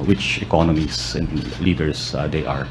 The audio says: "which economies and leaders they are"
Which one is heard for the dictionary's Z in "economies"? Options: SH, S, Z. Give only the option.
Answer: S